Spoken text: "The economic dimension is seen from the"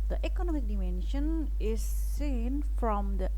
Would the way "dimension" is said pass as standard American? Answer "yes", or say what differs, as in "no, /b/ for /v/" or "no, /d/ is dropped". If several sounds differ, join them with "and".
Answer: yes